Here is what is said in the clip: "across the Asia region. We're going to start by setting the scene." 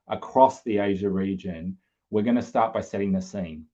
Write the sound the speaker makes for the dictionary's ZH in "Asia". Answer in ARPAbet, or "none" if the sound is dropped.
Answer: ZH